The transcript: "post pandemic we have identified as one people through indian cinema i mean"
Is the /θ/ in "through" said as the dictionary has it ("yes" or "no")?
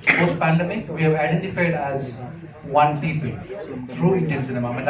no